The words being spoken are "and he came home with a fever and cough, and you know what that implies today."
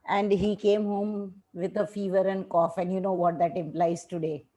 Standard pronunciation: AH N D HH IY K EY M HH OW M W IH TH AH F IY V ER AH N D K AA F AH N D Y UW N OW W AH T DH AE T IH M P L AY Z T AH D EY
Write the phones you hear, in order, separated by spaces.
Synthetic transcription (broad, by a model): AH N D HH IY K EY M HH OW M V IH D AH F IY V ER AH N D K AA F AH N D Y UW N OW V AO T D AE T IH M P L AY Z T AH D EY